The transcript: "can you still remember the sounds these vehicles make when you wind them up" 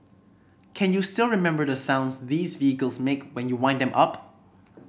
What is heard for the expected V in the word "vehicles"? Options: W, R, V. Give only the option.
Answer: V